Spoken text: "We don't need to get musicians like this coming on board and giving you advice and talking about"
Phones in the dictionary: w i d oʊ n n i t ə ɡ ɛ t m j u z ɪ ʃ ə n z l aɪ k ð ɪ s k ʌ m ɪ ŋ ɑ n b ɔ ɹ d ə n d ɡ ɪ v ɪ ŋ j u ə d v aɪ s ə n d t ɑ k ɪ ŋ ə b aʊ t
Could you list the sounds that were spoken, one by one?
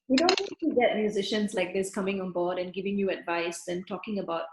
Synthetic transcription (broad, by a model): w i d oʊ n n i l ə ɡ ɛ t m j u z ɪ ʃ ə n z l aɪ k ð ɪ s k ʌ m ɪ ŋ ɑ n b ɔ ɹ d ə n ɡ ɪ v ɪ ŋ j u ə d v aɪ s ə n t ɑ k ɪ ŋ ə b aʊ t